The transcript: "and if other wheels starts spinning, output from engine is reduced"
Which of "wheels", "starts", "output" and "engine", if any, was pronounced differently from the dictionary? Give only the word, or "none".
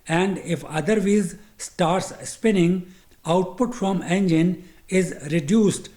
wheels